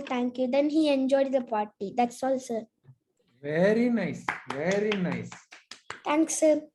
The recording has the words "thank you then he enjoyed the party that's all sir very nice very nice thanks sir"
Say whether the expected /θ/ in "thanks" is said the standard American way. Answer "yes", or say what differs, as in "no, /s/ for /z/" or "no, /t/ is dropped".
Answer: no, /t/ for /θ/